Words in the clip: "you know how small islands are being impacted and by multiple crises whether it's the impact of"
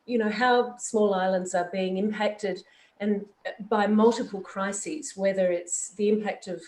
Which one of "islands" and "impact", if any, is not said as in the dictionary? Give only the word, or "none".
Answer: none